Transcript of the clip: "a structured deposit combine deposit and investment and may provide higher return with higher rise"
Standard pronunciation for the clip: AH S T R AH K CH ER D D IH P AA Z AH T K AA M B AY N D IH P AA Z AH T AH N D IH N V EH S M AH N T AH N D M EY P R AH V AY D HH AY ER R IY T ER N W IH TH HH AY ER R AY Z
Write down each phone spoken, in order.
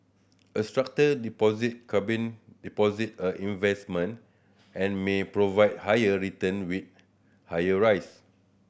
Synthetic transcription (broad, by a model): AH S T R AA K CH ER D D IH P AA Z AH T K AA B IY N D IH P AA Z AH T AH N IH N V EH S M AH N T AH N M EY P R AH V AY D HH AY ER R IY T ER N W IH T HH AY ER R AY S